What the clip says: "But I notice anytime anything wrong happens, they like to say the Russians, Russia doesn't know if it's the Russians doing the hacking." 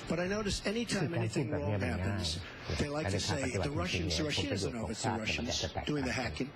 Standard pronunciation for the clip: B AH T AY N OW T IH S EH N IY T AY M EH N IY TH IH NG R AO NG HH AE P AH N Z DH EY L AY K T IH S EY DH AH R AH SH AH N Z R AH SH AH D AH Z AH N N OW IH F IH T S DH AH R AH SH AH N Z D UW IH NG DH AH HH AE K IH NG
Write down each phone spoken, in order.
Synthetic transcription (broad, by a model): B AH T AY N OW T IH S EH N IY T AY M EH N IY TH IH NG R AO NG HH AE P AH N Z DH EY L AY K T IH S EY DH AH R AH SH AH N Z R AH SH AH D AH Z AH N N OW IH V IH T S DH AH R AH SH AH N Z D UW IH NG DH AH HH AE K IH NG